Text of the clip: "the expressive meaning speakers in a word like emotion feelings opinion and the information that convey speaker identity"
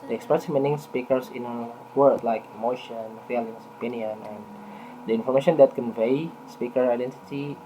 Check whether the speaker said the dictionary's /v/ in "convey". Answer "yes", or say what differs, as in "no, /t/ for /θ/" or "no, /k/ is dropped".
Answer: yes